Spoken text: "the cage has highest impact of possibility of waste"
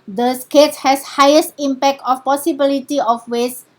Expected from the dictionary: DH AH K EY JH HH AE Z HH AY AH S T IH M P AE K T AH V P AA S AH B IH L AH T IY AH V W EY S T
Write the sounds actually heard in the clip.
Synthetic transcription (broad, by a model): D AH K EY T HH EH S HH AY AH S T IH M P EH K T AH F P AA S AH B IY L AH T IY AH F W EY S